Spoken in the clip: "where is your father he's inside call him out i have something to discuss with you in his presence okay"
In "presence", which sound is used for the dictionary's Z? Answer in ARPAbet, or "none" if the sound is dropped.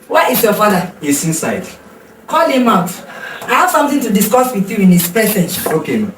S